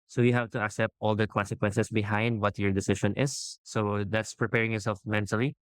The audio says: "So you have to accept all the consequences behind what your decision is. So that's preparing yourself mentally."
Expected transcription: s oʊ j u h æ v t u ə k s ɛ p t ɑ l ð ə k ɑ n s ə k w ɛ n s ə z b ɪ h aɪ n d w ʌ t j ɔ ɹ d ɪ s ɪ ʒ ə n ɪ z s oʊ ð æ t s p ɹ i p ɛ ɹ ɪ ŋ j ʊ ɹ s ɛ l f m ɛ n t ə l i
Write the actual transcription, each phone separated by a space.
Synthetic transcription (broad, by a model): s oʊ j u h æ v t u ə k s ɛ p t ɑ l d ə k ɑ n s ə k w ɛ n s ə s b ɪ h aɪ n d w ʌ t j ɔ ɹ d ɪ s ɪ ʃ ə n ɪ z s oʊ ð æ t s p ɹ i p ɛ ɹ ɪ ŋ j ʊ ɹ s ɛ l f m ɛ n t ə l i